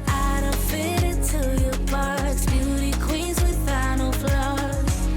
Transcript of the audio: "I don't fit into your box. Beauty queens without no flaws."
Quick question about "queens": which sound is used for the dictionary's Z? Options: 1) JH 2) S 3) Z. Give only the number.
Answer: 3